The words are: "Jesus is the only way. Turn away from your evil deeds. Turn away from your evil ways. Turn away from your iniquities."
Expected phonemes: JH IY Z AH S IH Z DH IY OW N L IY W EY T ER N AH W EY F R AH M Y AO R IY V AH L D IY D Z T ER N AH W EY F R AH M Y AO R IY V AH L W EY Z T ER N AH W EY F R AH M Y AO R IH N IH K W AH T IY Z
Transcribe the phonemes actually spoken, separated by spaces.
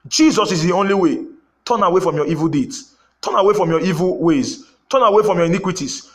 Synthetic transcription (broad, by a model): JH IY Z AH S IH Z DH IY OW N L IY W EY T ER N AH W EY F R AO M Y AO IY V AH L D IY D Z T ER N AH W EY F R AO M Y AO IY V AH L W EY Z T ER N AH W EY F R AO M Y AO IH N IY K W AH T IY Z